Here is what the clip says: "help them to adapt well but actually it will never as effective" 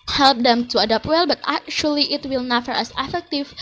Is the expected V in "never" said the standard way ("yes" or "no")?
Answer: no